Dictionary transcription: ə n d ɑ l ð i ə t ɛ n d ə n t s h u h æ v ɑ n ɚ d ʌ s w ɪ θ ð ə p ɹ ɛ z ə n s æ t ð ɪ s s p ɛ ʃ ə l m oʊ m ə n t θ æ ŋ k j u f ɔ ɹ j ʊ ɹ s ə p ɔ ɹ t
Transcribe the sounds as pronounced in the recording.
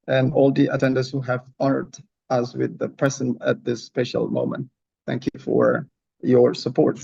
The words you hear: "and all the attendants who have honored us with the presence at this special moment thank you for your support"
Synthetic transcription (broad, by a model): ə n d ɑ l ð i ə t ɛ n d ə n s h u h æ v ɑ n ɚ d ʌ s w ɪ ð ə p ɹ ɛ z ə n æ t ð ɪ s s p ɛ ʃ ə l m oʊ m ə n t θ æ ŋ k j u f ɔ ɹ j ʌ ɹ s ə p ɔ ɹ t